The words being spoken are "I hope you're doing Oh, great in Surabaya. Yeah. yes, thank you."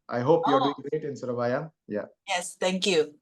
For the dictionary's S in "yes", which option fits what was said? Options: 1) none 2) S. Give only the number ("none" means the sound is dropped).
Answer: 2